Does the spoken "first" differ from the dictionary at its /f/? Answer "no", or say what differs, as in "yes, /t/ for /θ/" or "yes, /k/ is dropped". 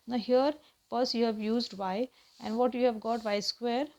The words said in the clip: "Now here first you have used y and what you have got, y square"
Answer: yes, /p/ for /f/